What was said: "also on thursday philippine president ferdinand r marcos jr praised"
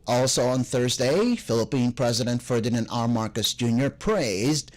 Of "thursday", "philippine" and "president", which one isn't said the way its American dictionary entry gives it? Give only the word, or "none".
none